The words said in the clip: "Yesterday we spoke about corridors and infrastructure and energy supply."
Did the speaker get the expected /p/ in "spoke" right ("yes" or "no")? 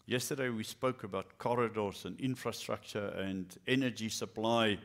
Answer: yes